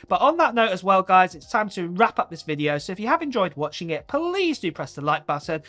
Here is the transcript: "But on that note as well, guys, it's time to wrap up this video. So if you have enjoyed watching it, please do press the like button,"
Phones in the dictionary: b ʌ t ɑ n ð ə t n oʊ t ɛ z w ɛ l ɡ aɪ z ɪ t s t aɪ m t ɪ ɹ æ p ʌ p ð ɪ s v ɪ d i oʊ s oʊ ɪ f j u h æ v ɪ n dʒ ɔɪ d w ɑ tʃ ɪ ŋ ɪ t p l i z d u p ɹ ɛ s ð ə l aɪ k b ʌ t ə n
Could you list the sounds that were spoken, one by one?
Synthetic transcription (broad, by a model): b ʌ t n ð ə t n oʊ t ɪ z w ɛ l ɡ aɪ z ɪ t s t aɪ m t ɪ ɹ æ p ʌ p ð ɪ s v ɪ d i oʊ s oʊ ɪ f j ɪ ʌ v ɪ n dʒ ɔɪ d w ɑ tʃ ɪ ŋ ɪ t p l i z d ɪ p ɹ ɛ s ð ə l aɪ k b ʌ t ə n